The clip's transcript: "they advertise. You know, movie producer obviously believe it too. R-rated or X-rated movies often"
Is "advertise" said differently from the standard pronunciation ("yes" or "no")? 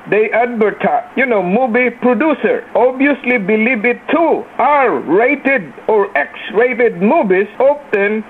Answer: yes